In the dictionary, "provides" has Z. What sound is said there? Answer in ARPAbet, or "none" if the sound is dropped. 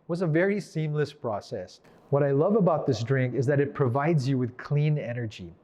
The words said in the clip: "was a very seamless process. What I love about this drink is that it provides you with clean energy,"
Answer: Z